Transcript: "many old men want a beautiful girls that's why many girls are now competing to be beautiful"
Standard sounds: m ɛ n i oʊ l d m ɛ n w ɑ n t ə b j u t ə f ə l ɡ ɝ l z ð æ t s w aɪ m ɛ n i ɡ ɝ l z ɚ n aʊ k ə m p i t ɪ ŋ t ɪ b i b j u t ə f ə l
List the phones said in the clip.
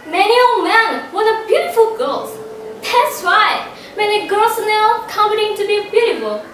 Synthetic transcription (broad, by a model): m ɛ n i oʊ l m ɛ n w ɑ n ə b j u t ə f ə l ɡ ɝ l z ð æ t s w aɪ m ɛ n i ɡ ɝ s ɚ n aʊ k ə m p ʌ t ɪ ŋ t ɪ b i b j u t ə f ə l